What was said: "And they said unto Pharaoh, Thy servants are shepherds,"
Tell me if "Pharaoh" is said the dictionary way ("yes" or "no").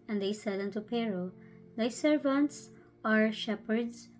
no